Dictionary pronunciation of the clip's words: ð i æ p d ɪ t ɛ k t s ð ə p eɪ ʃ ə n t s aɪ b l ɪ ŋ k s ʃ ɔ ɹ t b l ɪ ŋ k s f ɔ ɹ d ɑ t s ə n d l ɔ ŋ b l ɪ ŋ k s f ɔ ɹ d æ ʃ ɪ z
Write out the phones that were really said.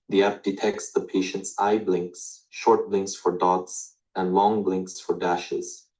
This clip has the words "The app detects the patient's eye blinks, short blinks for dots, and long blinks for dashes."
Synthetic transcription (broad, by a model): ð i æ p d ɪ t ɛ k t s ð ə p eɪ ʃ ə n t s aɪ b l ɪ ŋ k s ʃ ɔ ɹ t b l ɪ ŋ k s f ɔ ɹ d ɑ t s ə n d l ɔ ŋ b l ɪ ŋ k s f ɔ ɹ d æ ʃ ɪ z